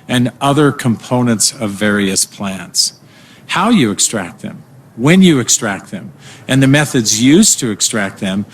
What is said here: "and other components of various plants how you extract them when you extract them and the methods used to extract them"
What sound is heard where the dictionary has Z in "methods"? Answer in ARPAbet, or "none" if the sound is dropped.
Z